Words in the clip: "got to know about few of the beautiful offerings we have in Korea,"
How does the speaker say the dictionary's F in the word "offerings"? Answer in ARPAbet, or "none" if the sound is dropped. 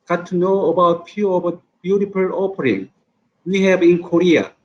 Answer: P